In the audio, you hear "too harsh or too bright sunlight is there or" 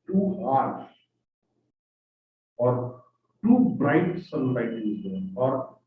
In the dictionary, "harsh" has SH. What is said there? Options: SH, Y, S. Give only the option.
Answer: S